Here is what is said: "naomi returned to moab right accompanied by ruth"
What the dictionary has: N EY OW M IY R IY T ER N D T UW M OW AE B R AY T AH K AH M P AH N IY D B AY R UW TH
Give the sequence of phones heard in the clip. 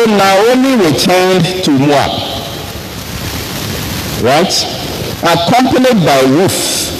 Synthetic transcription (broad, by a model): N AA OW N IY W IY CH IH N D T UW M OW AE R AY T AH K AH M P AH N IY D B AY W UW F